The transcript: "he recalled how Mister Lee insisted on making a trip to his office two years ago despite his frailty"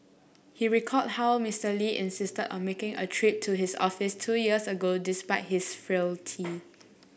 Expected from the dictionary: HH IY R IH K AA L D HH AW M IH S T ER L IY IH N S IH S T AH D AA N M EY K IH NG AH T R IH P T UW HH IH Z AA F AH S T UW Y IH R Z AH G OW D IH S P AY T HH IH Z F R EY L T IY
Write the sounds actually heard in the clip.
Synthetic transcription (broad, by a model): HH IY R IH K AA D HH AW M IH S T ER L IY IH N S IH S T AH D AA N M EY K IH NG AH T R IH P T UW HH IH S AA F AH S T UW Y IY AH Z AH G OW D IH S P AY T HH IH S F R EY L T IY